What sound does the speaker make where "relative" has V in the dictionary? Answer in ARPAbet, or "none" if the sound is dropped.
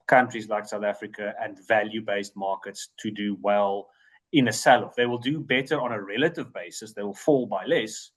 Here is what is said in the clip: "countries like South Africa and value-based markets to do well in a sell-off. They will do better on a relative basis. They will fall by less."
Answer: V